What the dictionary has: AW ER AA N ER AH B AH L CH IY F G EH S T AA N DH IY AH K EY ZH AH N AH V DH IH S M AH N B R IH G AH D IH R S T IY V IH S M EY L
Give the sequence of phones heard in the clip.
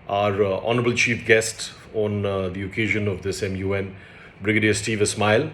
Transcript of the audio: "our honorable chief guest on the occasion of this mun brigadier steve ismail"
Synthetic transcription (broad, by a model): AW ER AA N ER AH B AH L CH IY F G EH S T AA N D IY AH K EY ZH AH N AH V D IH S M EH N B R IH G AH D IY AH S T IY V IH S M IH L